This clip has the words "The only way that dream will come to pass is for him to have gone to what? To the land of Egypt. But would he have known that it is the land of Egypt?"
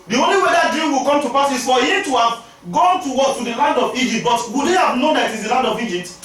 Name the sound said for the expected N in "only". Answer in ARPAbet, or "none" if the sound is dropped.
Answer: N